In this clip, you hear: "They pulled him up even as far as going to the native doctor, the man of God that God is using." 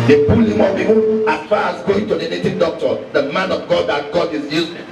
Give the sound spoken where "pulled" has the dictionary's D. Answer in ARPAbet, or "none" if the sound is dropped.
none